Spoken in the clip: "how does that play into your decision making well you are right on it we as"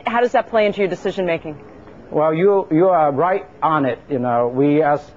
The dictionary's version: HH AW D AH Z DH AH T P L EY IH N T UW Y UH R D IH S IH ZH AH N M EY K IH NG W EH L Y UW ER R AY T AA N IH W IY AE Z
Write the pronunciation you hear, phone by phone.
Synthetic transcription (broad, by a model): HH AW D AH Z DH AH T P L EY IH N T UW Y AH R D IH S IH ZH AH N M EY K IH NG W EH L Y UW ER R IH T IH N IH W IY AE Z